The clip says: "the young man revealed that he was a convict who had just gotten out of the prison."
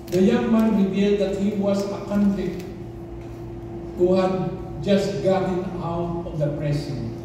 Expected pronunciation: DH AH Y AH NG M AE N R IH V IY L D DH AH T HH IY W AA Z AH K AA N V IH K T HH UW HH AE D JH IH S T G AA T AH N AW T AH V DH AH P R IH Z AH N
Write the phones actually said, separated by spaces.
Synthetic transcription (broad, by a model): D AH Y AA M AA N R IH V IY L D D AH T HH IY W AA S AH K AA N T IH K HH UW HH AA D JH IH S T G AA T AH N AW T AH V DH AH P R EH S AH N